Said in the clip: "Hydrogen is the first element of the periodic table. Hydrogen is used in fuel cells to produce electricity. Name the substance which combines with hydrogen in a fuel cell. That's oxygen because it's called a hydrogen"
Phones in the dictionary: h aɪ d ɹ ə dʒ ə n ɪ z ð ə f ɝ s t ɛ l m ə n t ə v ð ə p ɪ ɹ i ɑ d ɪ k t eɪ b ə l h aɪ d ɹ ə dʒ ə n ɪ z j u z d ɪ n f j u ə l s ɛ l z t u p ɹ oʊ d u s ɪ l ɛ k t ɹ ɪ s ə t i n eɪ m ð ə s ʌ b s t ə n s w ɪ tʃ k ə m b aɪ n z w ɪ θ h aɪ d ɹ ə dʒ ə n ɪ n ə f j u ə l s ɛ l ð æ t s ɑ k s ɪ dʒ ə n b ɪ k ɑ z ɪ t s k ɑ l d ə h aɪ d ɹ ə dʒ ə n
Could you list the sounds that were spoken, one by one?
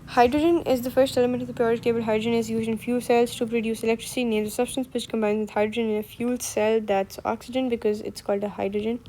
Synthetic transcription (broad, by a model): h aɪ d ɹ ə dʒ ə n ɪ z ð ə f ɝ s t ɛ l m ə n t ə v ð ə p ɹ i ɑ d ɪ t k eɪ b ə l h aɪ d ɹ ə dʒ ə n ɪ z j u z ɪ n f j u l s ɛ l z t u p ɹ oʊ d u s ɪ l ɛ k t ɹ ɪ s i n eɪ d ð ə s ʌ b s t ə n s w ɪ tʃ k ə m b aɪ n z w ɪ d h aɪ d ɹ ə dʒ ə n ɪ n ə f j u l s ɛ l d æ t s ɑ k s ɪ dʒ ə n b ɪ k ɑ z ɪ t s k ɑ l d ə h aɪ d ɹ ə dʒ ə n